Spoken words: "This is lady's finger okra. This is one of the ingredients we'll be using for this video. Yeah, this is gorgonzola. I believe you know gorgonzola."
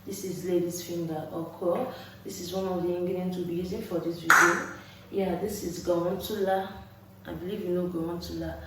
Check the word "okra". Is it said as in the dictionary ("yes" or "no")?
no